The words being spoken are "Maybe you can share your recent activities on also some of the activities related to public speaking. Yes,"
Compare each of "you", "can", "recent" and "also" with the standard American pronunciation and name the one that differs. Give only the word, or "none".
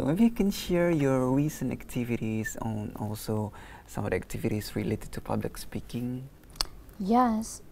none